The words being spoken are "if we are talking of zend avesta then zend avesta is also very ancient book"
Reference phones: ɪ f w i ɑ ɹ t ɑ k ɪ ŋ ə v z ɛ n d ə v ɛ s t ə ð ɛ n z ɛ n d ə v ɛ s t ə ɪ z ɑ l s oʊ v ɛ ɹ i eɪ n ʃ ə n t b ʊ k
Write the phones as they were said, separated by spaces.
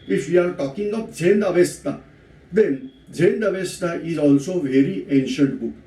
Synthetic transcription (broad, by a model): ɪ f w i ɑ ɹ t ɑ k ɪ ŋ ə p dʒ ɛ n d ə v ɛ s t ə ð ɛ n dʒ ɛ n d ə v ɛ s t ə ɪ z ɑ l s oʊ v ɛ ɹ i eɪ n ʃ ə n t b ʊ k